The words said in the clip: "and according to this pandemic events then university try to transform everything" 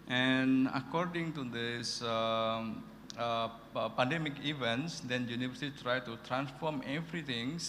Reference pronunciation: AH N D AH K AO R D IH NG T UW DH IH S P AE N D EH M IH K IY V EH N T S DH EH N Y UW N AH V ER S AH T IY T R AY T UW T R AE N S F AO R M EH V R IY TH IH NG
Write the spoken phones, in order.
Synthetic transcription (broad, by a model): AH N AH K AO R D IH NG T UW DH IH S P AE N D EH M IH K IY V EH N T S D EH N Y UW N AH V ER S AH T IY T R AY T UW T R AE N S F AO R M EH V R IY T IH NG